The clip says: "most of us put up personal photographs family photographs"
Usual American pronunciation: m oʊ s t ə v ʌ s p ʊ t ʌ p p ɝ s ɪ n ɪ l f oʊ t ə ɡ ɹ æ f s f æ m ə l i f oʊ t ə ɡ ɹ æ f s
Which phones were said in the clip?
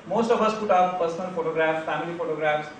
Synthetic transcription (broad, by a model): m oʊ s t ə b ʌ s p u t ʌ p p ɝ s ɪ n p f oʊ t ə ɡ ɹ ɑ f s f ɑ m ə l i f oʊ t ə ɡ ɹ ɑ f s